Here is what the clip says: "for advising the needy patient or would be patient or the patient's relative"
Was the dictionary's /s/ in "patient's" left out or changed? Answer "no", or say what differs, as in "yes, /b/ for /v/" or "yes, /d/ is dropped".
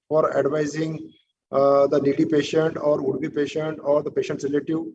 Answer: yes, /s/ is dropped